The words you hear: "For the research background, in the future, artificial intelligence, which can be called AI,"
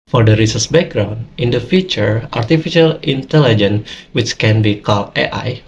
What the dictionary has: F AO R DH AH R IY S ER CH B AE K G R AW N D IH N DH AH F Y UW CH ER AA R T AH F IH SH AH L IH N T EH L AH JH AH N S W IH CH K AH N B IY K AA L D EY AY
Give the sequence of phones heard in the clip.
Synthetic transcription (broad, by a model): F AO R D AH R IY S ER S B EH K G R AW N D IH N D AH F Y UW CH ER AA R T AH F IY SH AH L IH N T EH L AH JH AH N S W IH CH K AH N B IY K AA L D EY AY